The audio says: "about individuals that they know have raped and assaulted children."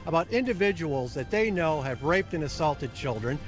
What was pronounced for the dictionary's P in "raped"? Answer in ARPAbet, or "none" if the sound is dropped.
P